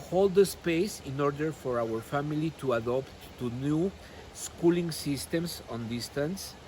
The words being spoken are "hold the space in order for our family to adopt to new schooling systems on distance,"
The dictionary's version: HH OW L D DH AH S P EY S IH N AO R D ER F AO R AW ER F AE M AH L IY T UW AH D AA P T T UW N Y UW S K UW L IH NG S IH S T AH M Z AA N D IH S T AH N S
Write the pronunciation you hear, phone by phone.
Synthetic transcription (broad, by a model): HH OW L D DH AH S P EY S IH N AO R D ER F AO R AW ER F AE M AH L IY T UW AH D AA P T T UW N Y UW S K UW L IH NG S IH S T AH M S AA N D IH S T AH N S